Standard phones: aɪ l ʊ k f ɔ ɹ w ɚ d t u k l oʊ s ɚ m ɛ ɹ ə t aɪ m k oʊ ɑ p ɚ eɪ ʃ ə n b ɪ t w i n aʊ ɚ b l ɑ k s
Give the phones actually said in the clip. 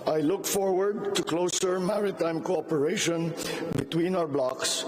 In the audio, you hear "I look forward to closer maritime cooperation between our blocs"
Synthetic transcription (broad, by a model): aɪ l ʊ k f ɔ ɹ w ɚ d t u k l oʊ s ɚ m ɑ ɹ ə t aɪ m k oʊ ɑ p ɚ eɪ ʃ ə n b ɪ t w i n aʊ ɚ b l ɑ k s